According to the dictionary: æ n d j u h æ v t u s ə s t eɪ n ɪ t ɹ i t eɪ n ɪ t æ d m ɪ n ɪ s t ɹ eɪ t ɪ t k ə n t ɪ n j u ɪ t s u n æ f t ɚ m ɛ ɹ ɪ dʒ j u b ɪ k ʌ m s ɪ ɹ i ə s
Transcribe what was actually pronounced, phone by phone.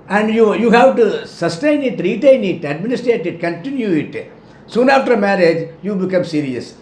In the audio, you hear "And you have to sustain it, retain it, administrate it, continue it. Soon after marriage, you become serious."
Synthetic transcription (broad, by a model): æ n d j u h æ v t u s ə s t eɪ n ɪ t ɹ i t eɪ n ɪ t æ d m ɪ n ɪ s t ɹ eɪ t ɪ t k ə n t ɪ n j u ɪ t s u n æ f t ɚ m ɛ ɹ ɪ dʒ j u b ɪ k ʌ m s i ɹ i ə s